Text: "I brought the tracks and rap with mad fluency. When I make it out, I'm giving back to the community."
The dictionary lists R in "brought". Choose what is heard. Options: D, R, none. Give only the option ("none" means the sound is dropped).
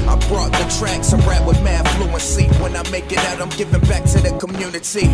R